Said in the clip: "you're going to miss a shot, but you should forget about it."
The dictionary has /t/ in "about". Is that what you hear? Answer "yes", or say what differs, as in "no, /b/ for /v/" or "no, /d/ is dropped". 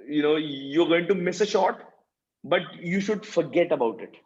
yes